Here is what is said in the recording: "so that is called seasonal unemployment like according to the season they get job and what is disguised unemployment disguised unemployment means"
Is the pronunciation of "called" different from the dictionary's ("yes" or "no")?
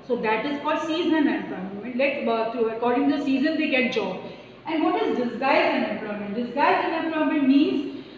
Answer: yes